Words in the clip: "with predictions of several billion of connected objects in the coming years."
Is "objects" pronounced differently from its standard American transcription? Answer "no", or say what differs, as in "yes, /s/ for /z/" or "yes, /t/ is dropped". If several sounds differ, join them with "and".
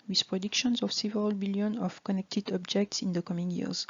no